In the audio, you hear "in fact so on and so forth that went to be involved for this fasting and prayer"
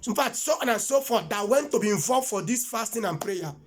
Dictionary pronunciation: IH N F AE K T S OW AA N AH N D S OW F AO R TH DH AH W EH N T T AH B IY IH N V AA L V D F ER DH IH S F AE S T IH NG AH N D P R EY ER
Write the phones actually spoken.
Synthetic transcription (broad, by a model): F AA T S OW AA N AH N S OW F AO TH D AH W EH N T T AH B IY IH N V AA L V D F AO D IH S F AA S T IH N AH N P R EY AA